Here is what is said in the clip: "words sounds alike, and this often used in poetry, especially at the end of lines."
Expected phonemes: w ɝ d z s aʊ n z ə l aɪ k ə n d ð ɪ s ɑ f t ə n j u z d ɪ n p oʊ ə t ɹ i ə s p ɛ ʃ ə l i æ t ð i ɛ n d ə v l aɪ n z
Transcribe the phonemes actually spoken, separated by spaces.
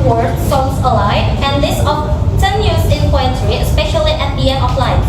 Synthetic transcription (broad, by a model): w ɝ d s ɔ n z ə l aɪ ə n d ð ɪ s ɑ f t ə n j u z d ɪ n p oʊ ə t ɹ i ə s p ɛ ʃ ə l i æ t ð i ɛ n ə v l aɪ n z